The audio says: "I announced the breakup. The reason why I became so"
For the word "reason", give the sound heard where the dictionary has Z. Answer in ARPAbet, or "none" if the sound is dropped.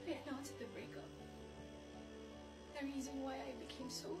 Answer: Z